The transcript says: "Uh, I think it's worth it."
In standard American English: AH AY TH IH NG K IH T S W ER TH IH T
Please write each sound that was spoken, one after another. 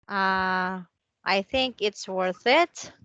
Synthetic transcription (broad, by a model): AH AY TH IH NG K IH T S W ER TH IH T